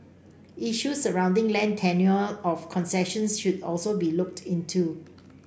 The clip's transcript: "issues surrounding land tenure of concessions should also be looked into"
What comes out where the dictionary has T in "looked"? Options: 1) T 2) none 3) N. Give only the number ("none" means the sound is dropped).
1